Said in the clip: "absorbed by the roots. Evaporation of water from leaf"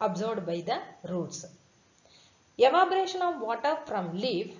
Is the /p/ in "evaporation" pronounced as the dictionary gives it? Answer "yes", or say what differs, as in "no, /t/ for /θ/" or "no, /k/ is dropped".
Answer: no, /b/ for /p/